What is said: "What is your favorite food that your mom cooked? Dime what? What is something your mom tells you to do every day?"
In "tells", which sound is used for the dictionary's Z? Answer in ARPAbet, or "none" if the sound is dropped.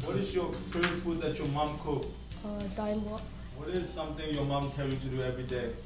none